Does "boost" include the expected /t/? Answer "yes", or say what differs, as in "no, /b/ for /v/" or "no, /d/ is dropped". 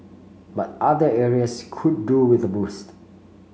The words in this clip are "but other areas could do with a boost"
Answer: yes